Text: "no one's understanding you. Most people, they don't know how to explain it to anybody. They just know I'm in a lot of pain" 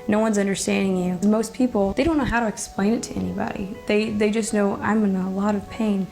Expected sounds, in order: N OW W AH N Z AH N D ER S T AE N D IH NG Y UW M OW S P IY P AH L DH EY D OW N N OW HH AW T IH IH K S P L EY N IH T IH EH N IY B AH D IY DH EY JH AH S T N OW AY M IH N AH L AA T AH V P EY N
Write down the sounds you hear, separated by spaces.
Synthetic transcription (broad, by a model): N OW W AH N Z AH N D ER S T AE N D IH NG Y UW M OW S P IY P L DH EY D OW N N OW HH AW T IH IH K S P L EY N IH T IH EH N IY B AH D IY DH EY JH AH S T N OW AY M IH N AH L AA T AH V P EY N